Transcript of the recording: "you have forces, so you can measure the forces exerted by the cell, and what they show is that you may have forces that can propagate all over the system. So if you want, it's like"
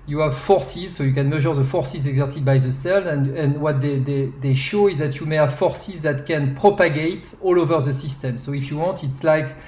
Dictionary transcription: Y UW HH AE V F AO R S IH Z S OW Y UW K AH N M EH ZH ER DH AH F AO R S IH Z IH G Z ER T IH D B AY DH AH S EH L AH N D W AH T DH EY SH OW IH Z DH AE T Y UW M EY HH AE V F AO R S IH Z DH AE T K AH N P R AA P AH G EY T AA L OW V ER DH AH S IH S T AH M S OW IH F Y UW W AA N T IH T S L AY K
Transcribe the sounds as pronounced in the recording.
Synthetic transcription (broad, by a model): Y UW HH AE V F AO R S IH Z S OW Y UW K AH N M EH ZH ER DH AH F AO R S IH Z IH G Z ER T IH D B AY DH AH S EH L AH N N W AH T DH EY SH OW IH Z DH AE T Y UW M EY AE F AO R S IH Z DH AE T K AH N P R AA P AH G EY T AA L OW V ER DH AH S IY S T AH M S OW IH F Y UW W AA N T IH T S L AY K